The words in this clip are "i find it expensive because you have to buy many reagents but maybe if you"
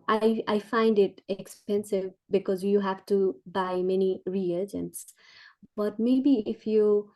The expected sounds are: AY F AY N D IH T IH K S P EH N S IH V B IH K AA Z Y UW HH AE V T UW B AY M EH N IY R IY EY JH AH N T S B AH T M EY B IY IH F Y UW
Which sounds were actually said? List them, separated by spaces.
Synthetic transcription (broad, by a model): AY F AY N D IH T IH K S P EH N S IH V B IH K AA Z Y UW HH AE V T UW B AY M EH N IY R IY EY JH AH N T S B AH T M EY B IY IH F Y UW